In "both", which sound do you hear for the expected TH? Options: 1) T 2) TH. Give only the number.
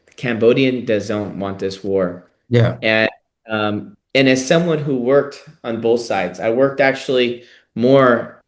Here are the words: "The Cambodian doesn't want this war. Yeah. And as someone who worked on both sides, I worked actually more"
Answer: 2